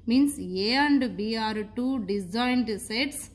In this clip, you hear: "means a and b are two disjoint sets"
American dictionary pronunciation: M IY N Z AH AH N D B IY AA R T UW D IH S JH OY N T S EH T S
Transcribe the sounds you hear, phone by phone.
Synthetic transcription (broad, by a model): M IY N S AH AH N D B IY AA R T UW D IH JH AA N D S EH T S